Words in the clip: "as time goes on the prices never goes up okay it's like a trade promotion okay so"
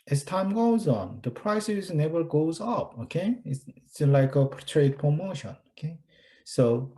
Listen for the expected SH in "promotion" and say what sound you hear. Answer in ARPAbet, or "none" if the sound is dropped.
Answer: SH